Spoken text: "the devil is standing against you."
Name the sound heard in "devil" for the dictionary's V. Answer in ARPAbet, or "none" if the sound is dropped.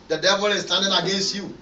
V